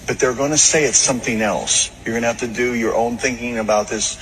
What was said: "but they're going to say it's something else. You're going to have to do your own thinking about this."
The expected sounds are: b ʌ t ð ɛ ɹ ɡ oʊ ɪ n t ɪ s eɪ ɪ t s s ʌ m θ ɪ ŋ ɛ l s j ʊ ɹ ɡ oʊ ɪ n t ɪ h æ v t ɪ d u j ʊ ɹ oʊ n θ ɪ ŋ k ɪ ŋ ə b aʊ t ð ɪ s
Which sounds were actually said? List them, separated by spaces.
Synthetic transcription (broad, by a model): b ʌ t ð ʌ ɹ ɡ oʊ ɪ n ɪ s eɪ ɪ t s s ʌ m θ ɪ ŋ ɛ l s j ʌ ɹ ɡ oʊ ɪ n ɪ h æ f t ɪ d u j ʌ ɹ oʊ n θ ɪ ŋ k ɪ ŋ ə b aʊ t ð ɪ s